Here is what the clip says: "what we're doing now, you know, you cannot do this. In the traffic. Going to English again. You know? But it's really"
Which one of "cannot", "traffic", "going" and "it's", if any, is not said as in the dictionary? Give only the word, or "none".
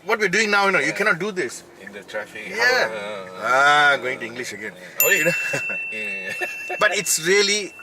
traffic